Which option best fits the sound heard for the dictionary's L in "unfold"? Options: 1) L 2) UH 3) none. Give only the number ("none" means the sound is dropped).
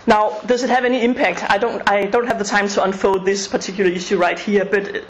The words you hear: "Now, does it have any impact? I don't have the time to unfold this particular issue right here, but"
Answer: 3